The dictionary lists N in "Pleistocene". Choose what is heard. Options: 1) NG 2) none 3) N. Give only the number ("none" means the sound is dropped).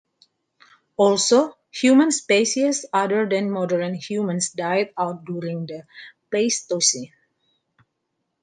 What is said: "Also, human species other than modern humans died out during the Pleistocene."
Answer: 2